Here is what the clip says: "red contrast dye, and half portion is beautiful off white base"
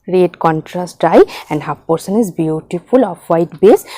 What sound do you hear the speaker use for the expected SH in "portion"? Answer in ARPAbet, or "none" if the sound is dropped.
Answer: S